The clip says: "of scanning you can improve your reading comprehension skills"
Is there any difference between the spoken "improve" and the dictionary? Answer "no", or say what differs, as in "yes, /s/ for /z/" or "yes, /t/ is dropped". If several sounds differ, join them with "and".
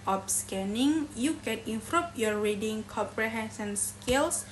yes, /p/ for /v/